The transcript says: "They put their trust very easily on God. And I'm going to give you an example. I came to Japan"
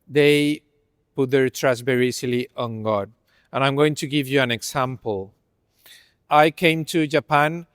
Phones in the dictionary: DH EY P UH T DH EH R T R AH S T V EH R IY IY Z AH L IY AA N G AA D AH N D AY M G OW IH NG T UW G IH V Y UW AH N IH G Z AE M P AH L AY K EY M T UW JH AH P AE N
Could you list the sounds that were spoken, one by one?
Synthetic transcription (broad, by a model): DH EY P UH T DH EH R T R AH S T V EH R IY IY S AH L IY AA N G AA D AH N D AY M G OW IH NG T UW G IH V Y UW AH N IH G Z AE M P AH L AY K EY M T UW JH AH P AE N